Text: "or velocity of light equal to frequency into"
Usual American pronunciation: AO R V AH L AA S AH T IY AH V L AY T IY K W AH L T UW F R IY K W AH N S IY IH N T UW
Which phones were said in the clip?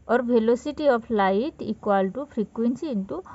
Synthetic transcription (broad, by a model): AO R B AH L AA S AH T IY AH P L AY T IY K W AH L T UW P R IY K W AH N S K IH N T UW